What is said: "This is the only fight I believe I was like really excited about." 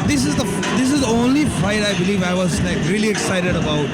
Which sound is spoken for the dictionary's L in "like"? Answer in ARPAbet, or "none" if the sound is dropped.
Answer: N